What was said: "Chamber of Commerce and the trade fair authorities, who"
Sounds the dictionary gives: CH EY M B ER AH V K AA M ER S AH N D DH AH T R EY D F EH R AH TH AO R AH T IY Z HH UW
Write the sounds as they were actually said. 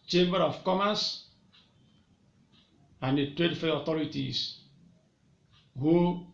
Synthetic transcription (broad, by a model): CH EY M B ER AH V K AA M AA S AH N D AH T R EY D F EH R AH T AO R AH T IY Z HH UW